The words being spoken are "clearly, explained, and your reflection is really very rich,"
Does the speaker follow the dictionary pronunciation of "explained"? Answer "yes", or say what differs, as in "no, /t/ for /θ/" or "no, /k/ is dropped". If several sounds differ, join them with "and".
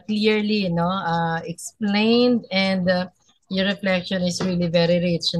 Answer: yes